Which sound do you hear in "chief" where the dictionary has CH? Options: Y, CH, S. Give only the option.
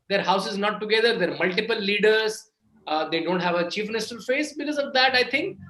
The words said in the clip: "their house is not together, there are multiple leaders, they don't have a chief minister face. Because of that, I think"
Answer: CH